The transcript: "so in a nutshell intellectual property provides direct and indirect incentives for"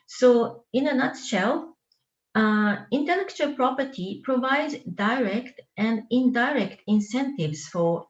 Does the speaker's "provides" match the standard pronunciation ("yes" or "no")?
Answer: yes